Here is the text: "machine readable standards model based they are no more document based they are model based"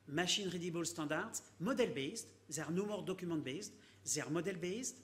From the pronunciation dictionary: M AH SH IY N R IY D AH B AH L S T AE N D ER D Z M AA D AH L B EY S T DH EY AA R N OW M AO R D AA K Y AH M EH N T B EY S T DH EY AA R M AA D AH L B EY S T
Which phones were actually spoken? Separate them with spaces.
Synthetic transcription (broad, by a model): M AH SH IY N R IY D AH B AH L S T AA D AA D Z M AA D AH L B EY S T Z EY R N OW M AO R D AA K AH M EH T B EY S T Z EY R M AA D AH L B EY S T